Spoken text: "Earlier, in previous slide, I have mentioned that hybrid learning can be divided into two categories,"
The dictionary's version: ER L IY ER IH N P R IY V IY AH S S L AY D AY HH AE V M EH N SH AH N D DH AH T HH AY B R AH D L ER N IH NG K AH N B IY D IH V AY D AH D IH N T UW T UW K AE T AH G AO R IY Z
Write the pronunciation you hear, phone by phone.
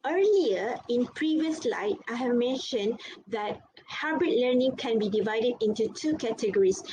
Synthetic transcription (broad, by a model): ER L IY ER IH N P R IY V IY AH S S L AY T AY HH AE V M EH N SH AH N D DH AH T HH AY B R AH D L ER N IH NG K AH N B IY D IH V AY D AH D IH N T UW T UW K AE T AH G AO R IY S